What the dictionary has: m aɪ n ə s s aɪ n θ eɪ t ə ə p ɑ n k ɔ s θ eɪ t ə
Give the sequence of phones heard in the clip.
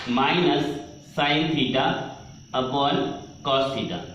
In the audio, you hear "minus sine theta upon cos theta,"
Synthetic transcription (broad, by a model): m aɪ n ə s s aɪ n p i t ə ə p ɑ l k ɔ s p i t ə